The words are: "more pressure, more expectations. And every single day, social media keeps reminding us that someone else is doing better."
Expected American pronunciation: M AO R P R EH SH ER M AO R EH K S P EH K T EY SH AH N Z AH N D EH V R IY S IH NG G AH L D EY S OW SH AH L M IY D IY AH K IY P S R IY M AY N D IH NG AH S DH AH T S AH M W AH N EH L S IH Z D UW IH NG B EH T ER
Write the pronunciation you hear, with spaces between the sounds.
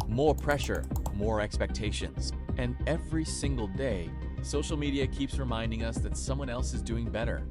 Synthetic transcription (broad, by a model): M AO R P R EH SH ER M AO R EH K S P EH K T EY SH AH N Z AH N EH V R IY S IH NG G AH L D EY S OW SH L M IY D IY AH K IY P S R IY M AY N D IH NG AH S DH AH T S AH M W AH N EH L S IH Z D UW IH NG B EH T ER